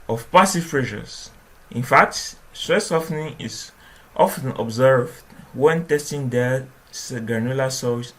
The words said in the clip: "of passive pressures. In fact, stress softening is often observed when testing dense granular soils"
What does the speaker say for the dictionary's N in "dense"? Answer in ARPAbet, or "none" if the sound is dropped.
none